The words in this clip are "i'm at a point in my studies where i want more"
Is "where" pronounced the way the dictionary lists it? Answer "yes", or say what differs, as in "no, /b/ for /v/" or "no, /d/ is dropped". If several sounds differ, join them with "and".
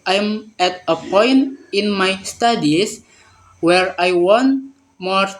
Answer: yes